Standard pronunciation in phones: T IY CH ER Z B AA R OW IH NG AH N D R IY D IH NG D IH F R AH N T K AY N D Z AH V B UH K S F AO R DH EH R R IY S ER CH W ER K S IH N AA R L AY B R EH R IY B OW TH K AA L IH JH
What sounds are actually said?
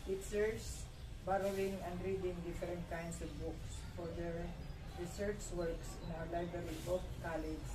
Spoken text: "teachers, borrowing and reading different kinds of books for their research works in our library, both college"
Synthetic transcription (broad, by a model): T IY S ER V B AA R OW IH NG AH N D R IY D IH NG D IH F R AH N T K AY N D S AH V B UH K S F AO R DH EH R R IY S ER CH W ER K S IH N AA W L AY B R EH R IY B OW F K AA L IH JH